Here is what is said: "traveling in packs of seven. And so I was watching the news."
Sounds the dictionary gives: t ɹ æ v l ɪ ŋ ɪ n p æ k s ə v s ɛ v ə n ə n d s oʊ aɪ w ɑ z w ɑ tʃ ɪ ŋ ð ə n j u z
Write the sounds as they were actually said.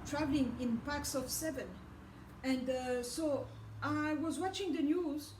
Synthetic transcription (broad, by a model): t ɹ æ v l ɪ ŋ ɪ n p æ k s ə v s ɛ v ə n ə n d s oʊ aɪ w ɑ z w ɑ tʃ ɪ ŋ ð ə n j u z